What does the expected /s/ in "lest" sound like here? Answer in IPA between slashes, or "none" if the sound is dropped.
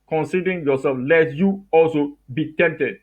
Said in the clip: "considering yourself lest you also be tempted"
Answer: none